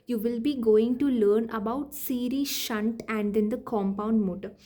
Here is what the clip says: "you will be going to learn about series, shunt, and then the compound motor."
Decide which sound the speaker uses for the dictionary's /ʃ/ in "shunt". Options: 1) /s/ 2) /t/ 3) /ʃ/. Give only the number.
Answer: 3